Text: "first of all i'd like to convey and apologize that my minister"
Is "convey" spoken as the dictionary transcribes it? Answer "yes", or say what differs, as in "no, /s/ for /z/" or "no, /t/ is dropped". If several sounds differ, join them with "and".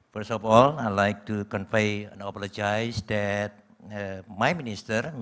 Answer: no, /f/ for /v/